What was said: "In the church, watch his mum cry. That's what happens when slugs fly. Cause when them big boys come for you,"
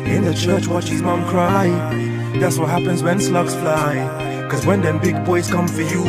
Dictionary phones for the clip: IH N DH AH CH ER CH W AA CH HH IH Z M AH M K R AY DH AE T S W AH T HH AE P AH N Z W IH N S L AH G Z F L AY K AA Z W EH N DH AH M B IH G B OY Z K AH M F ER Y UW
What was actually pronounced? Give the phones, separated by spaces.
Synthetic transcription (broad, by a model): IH N DH AH CH ER CH W AA CH HH IH Z M AH M K R AY DH AE T S W AH T HH AE P AH N Z W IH N S L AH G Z F L AY K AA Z W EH N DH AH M B IH G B OY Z K AH M F ER Y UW